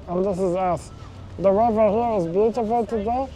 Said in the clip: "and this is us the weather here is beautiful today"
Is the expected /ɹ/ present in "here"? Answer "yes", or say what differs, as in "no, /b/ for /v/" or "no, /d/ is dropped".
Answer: no, /w/ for /ɹ/